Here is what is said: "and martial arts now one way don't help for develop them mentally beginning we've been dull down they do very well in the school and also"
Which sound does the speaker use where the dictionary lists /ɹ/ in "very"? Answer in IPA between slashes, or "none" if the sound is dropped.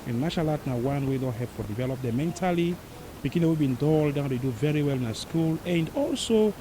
/ɹ/